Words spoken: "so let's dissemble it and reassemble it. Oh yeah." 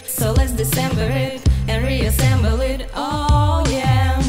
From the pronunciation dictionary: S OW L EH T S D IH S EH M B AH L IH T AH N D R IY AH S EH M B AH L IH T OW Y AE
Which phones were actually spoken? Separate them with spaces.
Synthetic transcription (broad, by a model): S OW L EH T S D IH S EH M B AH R IH T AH N R IY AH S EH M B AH L IH T OW Y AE